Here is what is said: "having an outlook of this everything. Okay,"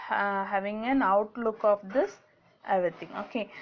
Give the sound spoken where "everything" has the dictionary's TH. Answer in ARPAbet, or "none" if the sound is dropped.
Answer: T